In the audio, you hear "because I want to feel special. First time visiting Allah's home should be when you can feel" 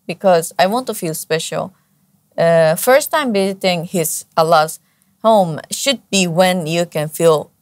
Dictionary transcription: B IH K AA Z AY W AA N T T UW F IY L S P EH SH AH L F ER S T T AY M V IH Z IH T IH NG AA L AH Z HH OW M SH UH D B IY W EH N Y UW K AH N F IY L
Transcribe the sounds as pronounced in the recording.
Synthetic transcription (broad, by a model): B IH K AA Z AY W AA N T T UW F IY L S P EH SH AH L F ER S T T AY M B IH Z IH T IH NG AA L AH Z HH OW M SH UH D B IY W EH N Y UW K AH N F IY L